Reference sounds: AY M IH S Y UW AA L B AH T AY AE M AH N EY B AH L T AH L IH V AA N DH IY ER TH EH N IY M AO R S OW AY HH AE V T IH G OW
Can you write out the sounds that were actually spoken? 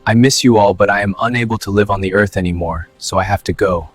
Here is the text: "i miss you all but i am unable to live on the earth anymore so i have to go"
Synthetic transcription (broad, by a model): AY M IH S Y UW AA L B AH T AY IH M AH N EY B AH L T AH L IH V N DH IY ER TH EH N IY M AO R S OW AY HH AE F T IH G OW